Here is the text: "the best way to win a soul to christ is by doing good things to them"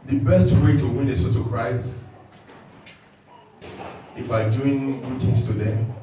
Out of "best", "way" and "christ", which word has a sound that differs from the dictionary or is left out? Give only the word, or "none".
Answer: christ